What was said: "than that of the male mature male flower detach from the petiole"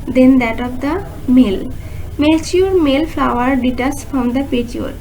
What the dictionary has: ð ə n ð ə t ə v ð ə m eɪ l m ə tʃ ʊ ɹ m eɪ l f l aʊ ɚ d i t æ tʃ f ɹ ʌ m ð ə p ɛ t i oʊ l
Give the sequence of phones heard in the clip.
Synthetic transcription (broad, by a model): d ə n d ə t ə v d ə m eɪ l m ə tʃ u ɹ m eɪ l f l aʊ ɚ d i t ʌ s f ɹ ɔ m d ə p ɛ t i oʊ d